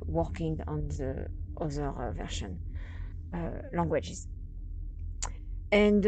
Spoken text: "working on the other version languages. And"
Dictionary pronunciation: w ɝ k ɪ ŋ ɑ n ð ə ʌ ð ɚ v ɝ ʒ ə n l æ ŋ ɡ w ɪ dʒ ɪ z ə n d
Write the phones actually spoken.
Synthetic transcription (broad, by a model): w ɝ k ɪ ŋ ɑ n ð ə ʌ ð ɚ v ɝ ʃ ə n l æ ŋ ɡ w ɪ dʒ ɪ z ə n d